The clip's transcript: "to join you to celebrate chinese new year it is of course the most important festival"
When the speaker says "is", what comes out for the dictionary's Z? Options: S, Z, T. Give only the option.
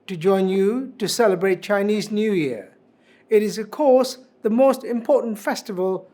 Z